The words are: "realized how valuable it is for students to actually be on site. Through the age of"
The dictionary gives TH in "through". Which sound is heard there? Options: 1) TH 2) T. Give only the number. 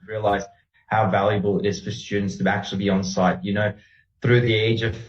1